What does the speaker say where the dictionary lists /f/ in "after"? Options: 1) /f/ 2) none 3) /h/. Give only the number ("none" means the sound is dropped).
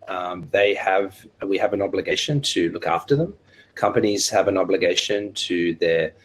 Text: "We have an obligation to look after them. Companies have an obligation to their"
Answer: 1